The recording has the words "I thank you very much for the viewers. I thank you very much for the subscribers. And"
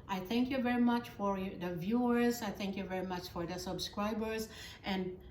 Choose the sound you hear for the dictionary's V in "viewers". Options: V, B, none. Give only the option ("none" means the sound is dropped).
V